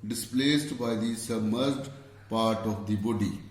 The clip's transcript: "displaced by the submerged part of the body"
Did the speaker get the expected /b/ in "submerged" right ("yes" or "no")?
no